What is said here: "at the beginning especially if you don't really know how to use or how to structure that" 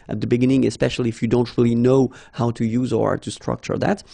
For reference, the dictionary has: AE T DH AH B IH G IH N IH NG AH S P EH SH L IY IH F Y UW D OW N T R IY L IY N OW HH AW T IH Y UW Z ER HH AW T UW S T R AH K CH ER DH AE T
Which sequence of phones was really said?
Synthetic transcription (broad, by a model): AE T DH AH B IH G IH N IH NG AH S P EH SH L IY IH F Y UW D OW N T R IY L IY N OW HH AW T IH Y UW Z ER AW T UW S T R AH K CH ER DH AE T